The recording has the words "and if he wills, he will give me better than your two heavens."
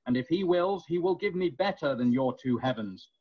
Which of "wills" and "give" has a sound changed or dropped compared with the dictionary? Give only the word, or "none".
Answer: none